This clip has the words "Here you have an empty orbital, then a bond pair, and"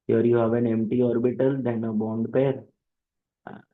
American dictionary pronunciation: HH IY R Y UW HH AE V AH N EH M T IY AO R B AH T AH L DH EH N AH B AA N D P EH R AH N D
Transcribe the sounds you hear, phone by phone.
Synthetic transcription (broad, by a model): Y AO R Y UW HH AE V AH N EH M T IY AO R B AH T AH L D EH N AH B AA N D P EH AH D